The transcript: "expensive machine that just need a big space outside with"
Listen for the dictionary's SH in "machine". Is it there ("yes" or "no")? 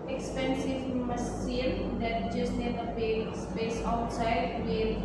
no